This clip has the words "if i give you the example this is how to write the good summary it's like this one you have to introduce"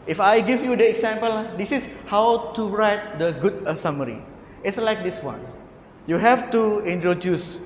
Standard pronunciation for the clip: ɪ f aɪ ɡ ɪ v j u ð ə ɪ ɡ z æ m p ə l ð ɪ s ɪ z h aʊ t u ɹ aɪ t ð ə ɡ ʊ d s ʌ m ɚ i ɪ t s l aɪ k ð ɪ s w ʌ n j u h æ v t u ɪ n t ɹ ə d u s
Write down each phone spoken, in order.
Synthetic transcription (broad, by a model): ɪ f aɪ ɡ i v j u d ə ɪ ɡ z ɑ m p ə l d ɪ s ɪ s h aʊ t u ɹ aɪ t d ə ɡ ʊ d s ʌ m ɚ i ɪ t s l aɪ k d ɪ s w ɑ n j u h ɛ f t u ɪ n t ɹ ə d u s